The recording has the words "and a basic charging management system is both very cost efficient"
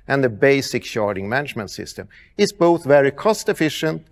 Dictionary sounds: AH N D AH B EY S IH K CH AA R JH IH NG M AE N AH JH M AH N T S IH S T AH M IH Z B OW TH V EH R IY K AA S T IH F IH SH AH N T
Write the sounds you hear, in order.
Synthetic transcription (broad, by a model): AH N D AH B EY S IH K SH AA R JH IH NG M AE N AH JH M AH N T S IH S T AH M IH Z B OW TH V EH R IY K AA S T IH F IH SH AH N T